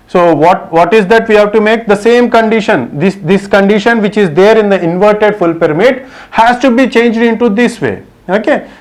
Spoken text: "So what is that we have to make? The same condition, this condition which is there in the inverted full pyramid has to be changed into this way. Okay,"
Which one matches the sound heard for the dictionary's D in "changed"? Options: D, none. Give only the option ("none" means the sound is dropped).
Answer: D